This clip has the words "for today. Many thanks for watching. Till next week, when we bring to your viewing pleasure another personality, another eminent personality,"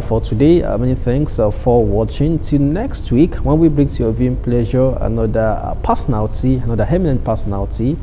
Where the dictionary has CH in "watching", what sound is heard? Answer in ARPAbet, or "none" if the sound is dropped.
CH